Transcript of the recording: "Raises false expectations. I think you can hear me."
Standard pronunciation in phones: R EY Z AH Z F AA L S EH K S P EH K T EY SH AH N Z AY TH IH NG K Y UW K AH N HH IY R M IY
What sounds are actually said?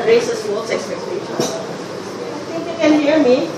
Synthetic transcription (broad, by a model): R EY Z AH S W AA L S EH K S P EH K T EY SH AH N AY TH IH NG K Y UW K AH N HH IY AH M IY